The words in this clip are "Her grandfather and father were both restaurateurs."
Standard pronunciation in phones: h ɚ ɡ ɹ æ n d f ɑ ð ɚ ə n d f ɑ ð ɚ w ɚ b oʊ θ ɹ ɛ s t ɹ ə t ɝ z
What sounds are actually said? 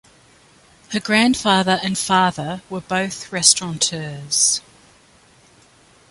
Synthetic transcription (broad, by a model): h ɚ ɡ ɹ æ n d f ɑ ð ɚ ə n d f ɑ ð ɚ w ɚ b oʊ θ ɹ ɛ s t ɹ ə t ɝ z